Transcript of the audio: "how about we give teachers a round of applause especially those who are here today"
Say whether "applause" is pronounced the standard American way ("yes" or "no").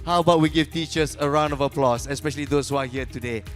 no